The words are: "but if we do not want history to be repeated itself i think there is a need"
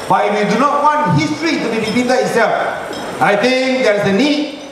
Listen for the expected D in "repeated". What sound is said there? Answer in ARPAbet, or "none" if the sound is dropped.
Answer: none